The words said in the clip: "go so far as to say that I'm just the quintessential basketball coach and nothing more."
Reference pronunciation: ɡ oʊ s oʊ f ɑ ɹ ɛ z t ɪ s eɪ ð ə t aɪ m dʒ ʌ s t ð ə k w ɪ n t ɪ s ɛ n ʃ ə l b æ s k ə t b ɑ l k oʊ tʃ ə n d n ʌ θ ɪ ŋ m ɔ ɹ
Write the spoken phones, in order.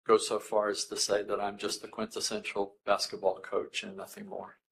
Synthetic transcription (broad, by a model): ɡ oʊ s oʊ f ɑ ɹ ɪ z t ɪ s eɪ ð ə t aɪ m dʒ ʌ s t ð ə k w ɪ n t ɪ s ɛ n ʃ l b æ s k ə t b ɑ l k oʊ tʃ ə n n ʌ θ ɪ ŋ m ɔ ɹ